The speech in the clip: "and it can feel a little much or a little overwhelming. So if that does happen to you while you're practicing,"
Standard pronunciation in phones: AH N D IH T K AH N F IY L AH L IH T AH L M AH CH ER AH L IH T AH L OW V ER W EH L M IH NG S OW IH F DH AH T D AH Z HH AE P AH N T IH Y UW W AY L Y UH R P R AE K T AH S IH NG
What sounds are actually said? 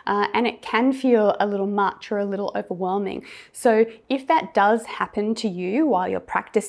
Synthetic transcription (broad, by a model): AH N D IH T K AH N F IY L AH L IH T L M AH CH ER AH L IH T L OW V ER W EH L M IH NG S OW IH F DH AH T D AH Z HH AE P AH N T IH Y UW W AY L Y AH R P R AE K T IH